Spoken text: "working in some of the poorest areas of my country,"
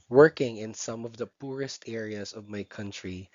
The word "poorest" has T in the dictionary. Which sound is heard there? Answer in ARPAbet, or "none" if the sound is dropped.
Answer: T